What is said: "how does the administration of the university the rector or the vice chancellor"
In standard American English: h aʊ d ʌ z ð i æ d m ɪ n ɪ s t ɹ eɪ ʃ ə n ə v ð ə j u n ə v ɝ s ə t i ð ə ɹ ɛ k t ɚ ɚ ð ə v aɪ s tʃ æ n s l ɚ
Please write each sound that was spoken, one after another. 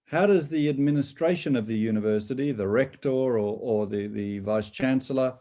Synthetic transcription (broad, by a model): h aʊ d ʌ z ð i æ d m ɪ n ɪ s t ɹ eɪ ʃ ə n ə v ð ə j u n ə v ɝ s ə t i ð ə ɹ ɛ k t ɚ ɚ ð ə v aɪ s tʃ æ n s l ɚ